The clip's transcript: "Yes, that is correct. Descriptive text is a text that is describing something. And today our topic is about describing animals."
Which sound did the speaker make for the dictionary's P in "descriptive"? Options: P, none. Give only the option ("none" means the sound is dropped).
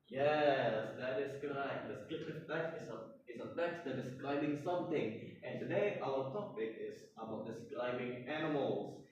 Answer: none